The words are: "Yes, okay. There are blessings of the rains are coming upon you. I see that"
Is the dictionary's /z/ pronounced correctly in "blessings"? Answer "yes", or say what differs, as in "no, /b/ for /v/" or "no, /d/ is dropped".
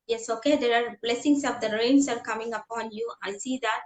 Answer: no, /s/ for /z/